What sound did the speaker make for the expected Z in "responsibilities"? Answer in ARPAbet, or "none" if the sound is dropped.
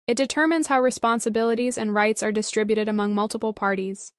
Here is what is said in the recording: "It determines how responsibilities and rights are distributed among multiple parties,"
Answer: Z